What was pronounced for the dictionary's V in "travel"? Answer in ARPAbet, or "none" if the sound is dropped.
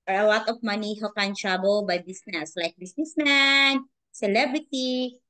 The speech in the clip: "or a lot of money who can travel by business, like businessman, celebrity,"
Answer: B